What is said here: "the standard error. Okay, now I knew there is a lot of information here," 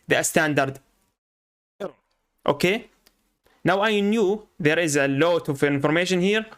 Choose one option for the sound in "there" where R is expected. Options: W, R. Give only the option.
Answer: R